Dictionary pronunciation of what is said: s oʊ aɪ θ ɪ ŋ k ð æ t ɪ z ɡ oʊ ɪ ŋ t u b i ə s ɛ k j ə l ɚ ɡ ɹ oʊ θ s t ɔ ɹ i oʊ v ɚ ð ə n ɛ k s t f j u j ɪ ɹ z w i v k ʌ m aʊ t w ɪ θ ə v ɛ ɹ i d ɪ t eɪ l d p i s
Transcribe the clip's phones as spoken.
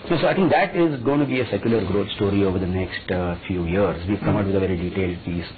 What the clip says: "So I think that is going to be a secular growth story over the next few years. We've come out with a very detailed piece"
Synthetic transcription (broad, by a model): s oʊ aɪ t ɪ ŋ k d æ t ɪ z ɡ oʊ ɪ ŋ t u b i ə s ɛ k j ə l ɚ ɡ ɹ oʊ t s t ɔ ɹ i oʊ v ɚ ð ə n ɛ k s t f j u j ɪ ɹ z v i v k ʌ m aʊ t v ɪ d ə v ɛ ɹ i d ɪ t eɪ l d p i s